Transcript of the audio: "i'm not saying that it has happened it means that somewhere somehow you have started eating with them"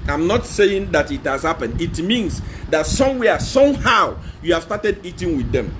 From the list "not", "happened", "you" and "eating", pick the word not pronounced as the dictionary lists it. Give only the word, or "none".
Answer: happened